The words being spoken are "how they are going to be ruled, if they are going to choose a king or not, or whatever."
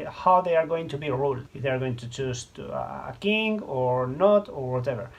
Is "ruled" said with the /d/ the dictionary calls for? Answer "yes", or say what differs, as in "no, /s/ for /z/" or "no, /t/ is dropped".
no, /d/ is dropped